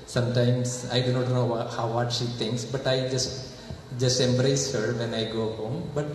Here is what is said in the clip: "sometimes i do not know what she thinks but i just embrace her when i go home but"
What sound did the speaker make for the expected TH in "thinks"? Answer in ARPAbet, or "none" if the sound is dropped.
T